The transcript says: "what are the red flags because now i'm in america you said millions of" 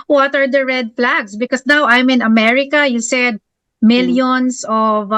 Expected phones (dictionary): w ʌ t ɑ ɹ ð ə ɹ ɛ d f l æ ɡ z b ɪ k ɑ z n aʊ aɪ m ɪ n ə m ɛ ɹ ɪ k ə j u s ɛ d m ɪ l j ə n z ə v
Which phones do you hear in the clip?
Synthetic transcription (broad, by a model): w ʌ t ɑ ɹ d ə ɹ ɛ d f l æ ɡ s b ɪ k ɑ s n aʊ aɪ m ɪ n ə m ɛ ɹ ɪ k ə j u s ɛ d m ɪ l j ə n s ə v